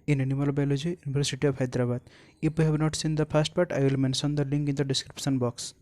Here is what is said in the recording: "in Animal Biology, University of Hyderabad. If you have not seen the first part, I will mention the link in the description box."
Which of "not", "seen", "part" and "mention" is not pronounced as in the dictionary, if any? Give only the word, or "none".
mention